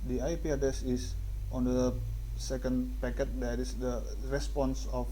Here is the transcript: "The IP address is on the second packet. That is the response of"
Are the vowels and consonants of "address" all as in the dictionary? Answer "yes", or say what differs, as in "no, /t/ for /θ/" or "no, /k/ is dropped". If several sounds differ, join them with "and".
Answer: no, /ɹ/ is dropped